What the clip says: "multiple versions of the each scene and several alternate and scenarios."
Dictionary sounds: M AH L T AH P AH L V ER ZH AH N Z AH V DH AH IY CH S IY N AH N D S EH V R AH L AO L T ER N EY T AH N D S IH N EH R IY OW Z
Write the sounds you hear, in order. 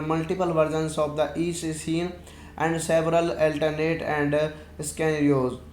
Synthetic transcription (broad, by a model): M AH L T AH P AH L V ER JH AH N S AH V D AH IY S S IY N AH N D S EH V R AH L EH L T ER N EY T AH N D S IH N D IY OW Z